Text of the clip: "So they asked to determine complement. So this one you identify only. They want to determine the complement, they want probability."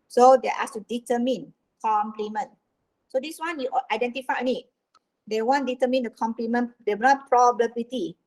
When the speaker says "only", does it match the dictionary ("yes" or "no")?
no